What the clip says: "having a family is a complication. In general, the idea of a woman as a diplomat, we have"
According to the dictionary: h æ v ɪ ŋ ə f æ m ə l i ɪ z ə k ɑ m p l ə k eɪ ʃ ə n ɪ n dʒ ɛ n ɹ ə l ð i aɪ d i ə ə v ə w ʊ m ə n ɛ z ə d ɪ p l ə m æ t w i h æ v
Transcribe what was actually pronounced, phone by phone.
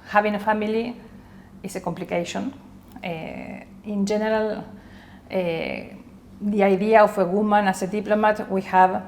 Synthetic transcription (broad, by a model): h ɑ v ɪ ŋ ə f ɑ m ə l i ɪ s ə k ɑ m p l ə k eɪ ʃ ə n ɪ n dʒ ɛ n ɹ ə l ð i aɪ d i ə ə f ə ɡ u m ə n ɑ s ə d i p l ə m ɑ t w i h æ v